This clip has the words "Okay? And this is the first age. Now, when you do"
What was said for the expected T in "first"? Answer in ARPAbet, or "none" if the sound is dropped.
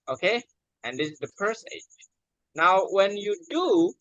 none